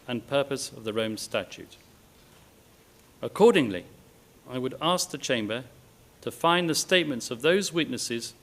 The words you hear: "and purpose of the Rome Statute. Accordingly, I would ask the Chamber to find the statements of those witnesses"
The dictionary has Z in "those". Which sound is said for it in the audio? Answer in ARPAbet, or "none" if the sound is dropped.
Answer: Z